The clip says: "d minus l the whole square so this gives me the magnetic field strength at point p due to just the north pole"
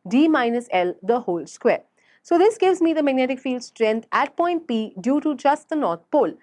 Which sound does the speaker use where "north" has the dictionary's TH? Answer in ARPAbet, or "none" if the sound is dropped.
T